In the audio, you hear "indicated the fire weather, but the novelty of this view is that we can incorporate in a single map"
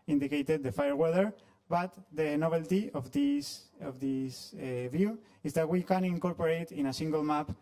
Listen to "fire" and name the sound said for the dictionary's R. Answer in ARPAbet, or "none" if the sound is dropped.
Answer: R